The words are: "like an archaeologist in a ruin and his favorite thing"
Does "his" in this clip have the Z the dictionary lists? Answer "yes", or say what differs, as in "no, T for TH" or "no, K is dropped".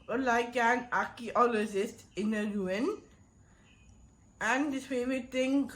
no, S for Z